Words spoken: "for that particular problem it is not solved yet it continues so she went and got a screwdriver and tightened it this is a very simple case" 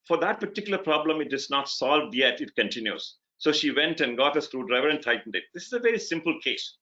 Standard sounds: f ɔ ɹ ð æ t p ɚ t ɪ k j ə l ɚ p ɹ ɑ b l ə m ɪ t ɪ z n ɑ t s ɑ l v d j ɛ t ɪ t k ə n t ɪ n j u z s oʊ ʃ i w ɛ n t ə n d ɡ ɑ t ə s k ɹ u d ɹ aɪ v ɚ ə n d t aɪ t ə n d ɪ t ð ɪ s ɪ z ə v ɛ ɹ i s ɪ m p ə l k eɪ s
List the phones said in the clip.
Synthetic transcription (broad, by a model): f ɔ ɹ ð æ t p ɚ t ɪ k j l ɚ p ɹ ɑ b l ə m ɪ t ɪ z n ɑ t s ɑ l v d j ɛ t ɪ t k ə n t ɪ n j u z s oʊ ʃ i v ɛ n t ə n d ɡ ɑ t ə s k ɹ u d ɹ aɪ v ɚ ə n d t aɪ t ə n d ɪ t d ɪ s ɪ z ə v ɛ ɹ i s ɪ m p ə l k eɪ s